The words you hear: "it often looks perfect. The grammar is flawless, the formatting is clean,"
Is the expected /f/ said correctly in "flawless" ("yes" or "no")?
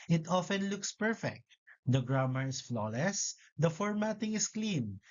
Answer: yes